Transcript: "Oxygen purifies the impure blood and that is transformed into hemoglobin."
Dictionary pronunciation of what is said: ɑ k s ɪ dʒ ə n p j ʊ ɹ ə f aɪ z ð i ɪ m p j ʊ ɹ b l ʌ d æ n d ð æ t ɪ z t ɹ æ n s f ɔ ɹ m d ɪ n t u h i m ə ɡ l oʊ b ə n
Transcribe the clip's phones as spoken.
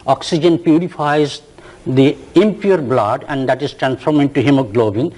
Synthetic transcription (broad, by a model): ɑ k s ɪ dʒ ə n p j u ɹ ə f aɪ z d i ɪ m p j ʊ ɹ b l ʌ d æ n d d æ t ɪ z t ɹ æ n s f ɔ ɹ m ɪ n t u h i m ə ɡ l oʊ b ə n